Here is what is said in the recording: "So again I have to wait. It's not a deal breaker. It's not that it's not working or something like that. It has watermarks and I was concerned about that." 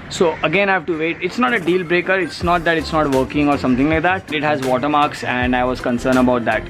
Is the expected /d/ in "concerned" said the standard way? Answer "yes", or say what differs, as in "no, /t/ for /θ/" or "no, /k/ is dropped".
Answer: no, /d/ is dropped